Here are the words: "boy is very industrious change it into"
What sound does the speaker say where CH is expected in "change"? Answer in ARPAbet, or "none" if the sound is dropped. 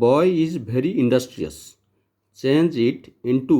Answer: CH